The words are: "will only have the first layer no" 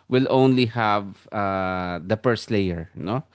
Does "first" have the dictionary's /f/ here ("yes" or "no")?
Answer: no